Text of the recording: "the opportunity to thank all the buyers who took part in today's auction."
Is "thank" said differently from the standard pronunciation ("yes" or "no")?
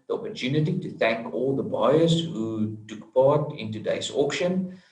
no